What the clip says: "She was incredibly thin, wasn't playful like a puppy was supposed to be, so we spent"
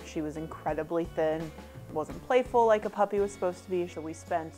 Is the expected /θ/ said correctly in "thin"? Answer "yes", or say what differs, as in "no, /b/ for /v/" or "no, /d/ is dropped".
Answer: yes